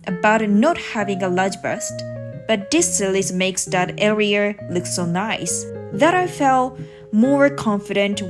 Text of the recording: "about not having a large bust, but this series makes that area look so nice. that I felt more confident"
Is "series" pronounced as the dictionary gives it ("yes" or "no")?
no